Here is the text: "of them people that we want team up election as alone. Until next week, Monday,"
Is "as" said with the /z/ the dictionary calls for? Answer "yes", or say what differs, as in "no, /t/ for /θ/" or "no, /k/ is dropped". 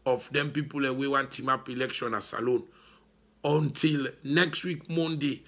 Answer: no, /s/ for /z/